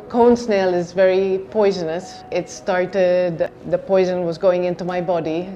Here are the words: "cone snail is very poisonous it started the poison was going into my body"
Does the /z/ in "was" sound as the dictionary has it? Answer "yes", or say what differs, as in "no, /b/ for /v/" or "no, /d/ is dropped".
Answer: yes